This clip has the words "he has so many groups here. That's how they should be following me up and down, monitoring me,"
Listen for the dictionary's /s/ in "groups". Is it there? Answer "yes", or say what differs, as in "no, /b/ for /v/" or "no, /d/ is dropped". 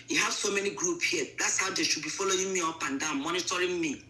no, /s/ is dropped